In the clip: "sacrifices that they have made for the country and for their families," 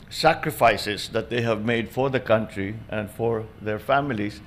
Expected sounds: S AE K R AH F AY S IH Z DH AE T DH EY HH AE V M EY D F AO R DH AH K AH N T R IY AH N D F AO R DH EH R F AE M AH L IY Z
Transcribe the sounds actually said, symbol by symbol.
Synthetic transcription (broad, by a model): S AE K R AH F AY S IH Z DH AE T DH EY HH AE V M EY D F AO R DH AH K AH N T R IY AH N D F AO R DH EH R F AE M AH L IY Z